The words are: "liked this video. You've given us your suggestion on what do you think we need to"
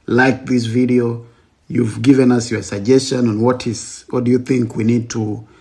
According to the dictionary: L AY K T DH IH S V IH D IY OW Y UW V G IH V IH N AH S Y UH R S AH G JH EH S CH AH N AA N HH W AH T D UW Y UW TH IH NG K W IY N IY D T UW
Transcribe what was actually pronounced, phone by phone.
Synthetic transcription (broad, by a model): L AY K DH IH S V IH D IY OW Y UW V G IH V IH N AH S Y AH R S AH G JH EH S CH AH N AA N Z W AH T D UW Y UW TH IH NG K W IY N IY D T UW